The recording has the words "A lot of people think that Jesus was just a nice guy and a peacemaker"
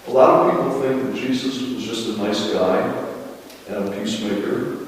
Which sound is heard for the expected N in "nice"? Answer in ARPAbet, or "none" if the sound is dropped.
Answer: N